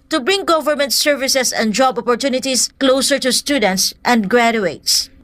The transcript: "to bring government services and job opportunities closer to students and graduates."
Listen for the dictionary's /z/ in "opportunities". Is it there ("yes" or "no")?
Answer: no